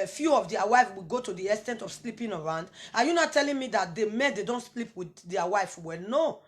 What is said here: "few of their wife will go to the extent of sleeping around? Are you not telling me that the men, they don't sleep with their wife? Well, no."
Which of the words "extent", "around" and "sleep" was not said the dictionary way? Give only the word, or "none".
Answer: extent